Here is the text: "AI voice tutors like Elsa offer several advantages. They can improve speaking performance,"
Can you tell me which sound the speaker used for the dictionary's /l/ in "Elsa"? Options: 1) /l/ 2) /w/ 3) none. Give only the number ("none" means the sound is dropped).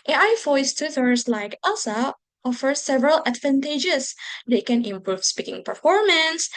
3